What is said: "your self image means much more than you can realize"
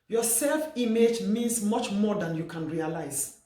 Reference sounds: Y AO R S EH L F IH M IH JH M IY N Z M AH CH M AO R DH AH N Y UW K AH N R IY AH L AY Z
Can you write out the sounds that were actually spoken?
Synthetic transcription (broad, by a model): Y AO S EH L F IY M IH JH M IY N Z M AH CH M AO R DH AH N Y UW K AH N R IY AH L AY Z